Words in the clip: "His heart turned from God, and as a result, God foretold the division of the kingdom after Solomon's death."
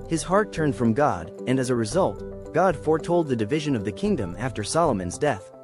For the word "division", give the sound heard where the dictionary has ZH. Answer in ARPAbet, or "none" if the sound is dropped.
ZH